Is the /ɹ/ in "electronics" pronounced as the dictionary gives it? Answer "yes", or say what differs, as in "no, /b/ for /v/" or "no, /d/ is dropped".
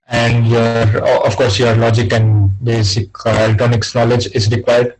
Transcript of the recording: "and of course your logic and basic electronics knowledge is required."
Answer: no, /ɹ/ is dropped